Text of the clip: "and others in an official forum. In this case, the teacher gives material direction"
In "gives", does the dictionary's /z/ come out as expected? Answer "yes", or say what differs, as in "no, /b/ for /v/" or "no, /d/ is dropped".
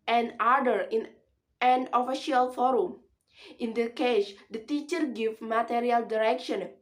no, /z/ is dropped